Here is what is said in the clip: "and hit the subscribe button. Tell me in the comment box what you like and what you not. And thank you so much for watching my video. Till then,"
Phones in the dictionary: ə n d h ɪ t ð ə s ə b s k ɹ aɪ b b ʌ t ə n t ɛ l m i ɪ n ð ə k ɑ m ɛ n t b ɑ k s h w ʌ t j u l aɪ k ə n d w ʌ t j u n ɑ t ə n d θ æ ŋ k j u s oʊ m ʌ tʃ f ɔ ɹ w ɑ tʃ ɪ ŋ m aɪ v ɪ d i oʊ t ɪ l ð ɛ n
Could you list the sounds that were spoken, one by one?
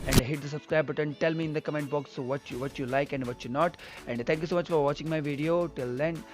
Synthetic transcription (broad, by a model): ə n d h ɪ t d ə s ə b s k ɹ aɪ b b ʌ t ə n t ɛ l m i ɪ n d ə k ɑ m ɛ n t b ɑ k s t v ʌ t j u l aɪ k ə n d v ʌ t j u n ɑ t ə n d t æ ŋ k j u s oʊ m ʌ tʃ f ɔ ɹ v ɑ tʃ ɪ ŋ m aɪ v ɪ d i oʊ t ɪ l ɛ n